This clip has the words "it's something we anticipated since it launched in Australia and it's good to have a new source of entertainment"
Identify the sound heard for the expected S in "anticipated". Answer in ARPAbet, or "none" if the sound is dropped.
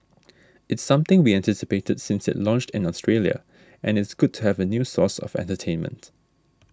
S